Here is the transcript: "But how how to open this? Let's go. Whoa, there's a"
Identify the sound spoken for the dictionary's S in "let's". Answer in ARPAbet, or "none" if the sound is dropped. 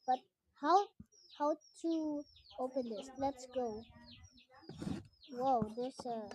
S